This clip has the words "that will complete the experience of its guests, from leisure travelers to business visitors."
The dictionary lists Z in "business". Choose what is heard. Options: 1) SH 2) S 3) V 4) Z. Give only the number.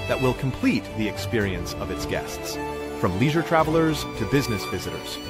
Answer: 4